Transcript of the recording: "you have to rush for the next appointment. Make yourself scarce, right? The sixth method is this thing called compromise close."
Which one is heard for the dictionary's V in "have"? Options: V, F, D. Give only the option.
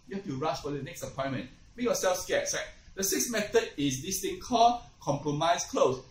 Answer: F